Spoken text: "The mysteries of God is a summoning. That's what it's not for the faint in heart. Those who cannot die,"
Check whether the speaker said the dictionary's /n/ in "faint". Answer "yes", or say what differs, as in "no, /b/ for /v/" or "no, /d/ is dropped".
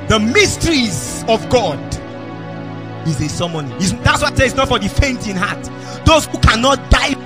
yes